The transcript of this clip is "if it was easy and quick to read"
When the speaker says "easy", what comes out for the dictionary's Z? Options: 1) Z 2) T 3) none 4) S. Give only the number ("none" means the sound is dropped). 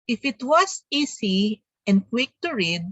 4